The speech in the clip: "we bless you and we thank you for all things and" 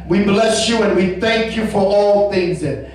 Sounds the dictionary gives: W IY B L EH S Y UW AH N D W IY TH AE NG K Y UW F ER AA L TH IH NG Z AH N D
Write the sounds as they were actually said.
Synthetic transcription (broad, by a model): W IY B L EH S Y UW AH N W IY TH AE NG K Y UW F ER AA L TH IH NG Z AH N